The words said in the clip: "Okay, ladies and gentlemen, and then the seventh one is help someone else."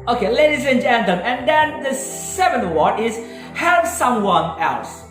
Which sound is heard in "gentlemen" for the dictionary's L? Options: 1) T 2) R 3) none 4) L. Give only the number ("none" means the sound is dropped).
3